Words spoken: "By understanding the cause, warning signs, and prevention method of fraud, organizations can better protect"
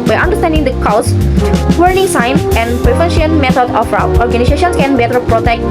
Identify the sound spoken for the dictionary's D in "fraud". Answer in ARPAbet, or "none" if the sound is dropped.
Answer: none